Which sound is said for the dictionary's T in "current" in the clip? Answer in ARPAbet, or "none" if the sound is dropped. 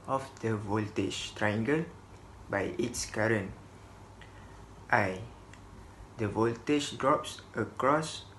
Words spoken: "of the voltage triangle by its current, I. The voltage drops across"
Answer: T